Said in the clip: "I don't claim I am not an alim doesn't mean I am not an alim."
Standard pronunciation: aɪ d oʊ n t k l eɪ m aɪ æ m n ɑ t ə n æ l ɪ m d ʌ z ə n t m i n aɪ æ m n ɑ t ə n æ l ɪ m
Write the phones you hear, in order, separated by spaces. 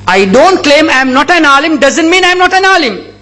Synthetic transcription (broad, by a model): aɪ d oʊ n t k l eɪ m aɪ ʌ m n ɑ t ə n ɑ l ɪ m d ʌ z ə n t m i n aɪ m n ɑ t ə n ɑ l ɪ m